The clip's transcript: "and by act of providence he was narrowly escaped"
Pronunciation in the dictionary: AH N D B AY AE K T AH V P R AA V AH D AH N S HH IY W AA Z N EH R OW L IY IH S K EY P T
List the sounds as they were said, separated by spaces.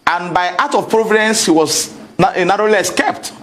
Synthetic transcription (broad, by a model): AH N B AY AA T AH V P R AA V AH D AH N S HH IY W AA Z N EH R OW L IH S K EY P T